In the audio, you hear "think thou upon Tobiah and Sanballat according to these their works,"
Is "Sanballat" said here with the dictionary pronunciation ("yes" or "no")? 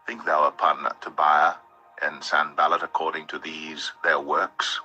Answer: yes